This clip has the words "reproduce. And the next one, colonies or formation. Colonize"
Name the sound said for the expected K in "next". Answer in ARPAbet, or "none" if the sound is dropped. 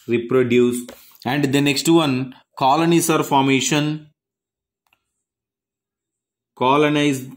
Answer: K